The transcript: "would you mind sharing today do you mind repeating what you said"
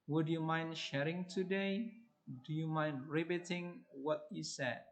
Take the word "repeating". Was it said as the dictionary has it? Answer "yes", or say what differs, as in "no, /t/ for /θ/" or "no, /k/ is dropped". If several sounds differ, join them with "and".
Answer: no, /b/ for /p/